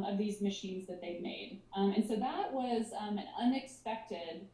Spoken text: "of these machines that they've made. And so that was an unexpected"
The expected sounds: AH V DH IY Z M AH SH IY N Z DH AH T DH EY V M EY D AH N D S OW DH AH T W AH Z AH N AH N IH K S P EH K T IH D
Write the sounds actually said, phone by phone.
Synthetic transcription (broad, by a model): AH V DH IY Z M AH SH IY N Z DH AH T DH EY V M EY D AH N S OW DH AH T W AH Z AH N AH N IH K S P EH K T IH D